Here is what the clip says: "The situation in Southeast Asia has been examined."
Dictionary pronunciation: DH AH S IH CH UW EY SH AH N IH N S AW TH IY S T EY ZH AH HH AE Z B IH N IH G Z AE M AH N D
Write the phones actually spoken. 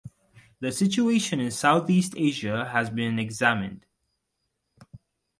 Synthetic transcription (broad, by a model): DH AH S IH CH UW EY SH AH N IH N S AW TH IY S T EY ZH AH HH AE Z B IH N IH G Z AE M AH N D